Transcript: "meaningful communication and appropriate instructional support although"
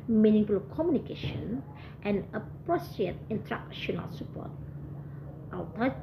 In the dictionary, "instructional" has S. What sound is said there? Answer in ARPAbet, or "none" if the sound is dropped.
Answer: none